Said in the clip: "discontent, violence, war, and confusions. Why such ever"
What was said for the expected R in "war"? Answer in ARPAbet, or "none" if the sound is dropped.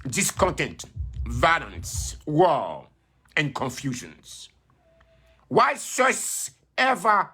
L